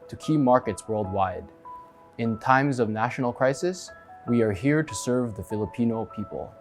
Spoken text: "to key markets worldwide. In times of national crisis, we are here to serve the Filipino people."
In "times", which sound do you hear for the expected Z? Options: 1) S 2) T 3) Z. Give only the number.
3